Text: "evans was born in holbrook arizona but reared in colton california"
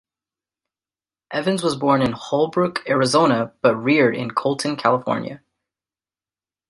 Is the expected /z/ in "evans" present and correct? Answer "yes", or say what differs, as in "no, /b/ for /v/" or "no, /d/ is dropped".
yes